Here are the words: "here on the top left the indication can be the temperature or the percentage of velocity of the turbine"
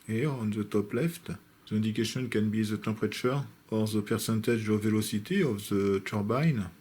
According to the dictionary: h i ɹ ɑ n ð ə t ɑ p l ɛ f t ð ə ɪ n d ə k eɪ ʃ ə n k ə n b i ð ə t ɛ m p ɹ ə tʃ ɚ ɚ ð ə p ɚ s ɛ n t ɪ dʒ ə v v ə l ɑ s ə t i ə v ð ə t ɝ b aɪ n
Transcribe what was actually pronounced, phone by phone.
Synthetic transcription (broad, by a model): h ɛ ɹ ɑ n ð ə t ɑ p l ɛ f t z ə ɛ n d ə k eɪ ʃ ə n k ə n b i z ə t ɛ p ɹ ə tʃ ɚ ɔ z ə p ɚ s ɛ n t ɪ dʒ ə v v ə l ɑ s ə t i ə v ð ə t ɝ b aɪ n